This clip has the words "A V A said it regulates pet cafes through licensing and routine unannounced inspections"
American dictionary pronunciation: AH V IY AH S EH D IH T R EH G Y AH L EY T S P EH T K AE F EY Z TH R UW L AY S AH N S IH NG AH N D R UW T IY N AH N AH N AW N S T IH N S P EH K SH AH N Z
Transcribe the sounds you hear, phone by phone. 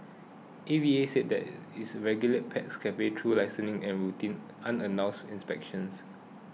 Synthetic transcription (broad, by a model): AH V IY AH S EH D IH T R EH G Y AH L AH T P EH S K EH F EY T R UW L AY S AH N IH NG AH N R UW T IY N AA N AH N AW N S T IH N S P EH K SH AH N S